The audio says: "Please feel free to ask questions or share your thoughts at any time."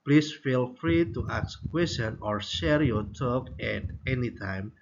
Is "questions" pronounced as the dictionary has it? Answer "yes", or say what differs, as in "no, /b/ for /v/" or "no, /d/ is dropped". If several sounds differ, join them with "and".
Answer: no, /tʃ/ is dropped and /z/ is dropped